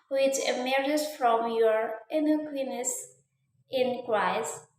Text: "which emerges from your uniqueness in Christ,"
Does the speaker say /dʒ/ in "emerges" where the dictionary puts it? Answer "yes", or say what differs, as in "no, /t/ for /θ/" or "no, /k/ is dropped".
no, /dʒ/ is dropped